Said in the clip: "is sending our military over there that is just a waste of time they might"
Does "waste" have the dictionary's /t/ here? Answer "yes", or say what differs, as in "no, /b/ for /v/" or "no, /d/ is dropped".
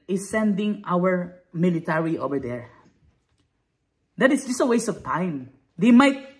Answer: no, /t/ is dropped